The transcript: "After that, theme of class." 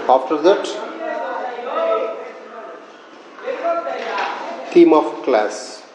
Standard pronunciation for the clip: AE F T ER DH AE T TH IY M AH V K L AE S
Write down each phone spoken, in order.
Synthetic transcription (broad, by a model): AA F T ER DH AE T T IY M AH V K L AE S